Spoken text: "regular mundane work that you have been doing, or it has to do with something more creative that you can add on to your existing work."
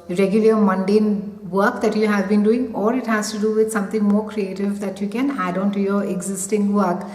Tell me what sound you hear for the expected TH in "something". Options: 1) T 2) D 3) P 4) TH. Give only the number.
1